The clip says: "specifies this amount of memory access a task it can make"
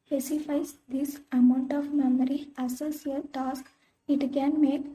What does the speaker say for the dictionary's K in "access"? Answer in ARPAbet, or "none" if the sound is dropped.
none